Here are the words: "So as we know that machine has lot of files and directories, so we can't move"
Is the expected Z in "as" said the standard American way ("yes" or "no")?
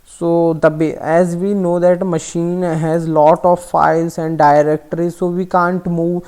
yes